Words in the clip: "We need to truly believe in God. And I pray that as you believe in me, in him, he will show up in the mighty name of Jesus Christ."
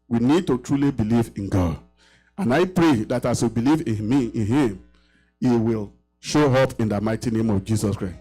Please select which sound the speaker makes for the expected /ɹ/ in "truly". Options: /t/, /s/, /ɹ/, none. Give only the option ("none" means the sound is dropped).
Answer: /ɹ/